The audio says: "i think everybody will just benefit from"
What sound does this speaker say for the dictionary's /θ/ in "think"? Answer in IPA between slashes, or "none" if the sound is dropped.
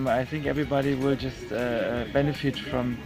/θ/